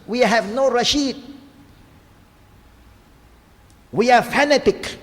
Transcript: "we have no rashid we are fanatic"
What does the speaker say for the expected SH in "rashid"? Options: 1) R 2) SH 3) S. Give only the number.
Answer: 2